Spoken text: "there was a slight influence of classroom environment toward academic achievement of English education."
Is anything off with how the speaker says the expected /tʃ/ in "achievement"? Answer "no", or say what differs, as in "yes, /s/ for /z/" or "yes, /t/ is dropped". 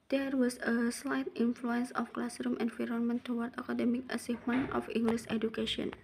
yes, /s/ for /tʃ/